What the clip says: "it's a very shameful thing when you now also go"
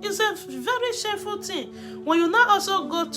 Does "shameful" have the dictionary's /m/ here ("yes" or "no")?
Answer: no